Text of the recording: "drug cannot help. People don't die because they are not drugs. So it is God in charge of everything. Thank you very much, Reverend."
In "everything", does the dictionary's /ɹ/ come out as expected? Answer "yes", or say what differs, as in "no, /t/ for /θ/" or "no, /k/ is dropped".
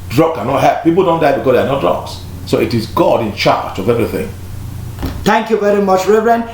yes